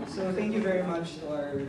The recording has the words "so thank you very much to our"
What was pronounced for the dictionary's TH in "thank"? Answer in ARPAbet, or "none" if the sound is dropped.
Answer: TH